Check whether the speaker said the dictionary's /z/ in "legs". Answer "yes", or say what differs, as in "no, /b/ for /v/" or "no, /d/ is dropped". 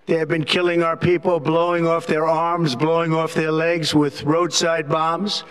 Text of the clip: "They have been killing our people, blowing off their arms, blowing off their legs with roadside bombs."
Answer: yes